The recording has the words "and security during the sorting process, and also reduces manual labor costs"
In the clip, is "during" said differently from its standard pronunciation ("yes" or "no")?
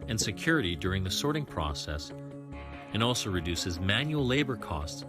no